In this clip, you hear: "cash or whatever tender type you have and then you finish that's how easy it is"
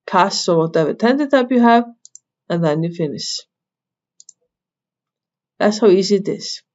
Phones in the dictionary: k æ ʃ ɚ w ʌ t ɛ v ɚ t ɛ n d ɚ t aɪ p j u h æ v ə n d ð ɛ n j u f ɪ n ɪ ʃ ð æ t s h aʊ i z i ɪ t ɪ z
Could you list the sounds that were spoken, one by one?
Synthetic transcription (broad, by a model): k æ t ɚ w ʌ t ɛ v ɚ t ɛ n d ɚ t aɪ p j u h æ v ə n ð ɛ n j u f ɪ n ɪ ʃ ð æ t s h aʊ i z i ɪ t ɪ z